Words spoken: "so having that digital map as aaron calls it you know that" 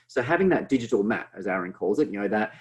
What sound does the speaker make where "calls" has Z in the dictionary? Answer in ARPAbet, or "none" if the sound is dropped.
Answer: Z